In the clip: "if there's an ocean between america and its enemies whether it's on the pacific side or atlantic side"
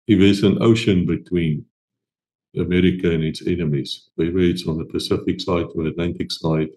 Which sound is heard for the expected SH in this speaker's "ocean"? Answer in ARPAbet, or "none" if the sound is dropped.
SH